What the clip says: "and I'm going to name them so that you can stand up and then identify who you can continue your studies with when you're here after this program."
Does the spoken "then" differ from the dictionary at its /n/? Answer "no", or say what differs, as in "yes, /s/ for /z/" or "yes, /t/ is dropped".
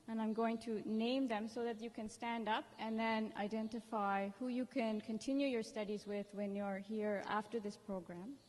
no